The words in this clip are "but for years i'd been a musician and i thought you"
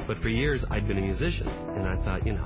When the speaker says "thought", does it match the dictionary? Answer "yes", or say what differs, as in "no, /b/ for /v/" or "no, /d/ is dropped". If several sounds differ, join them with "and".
yes